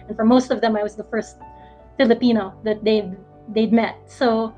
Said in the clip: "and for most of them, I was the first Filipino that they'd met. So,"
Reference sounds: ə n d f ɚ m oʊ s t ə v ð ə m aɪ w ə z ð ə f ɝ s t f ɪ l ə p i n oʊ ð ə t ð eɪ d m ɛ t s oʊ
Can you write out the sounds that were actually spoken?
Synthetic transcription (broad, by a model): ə n f ɚ m oʊ s t ə v ð ə m aɪ w ə z ð ə f ɝ s t f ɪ l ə p i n oʊ ð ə t ð eɪ d m ɛ t s oʊ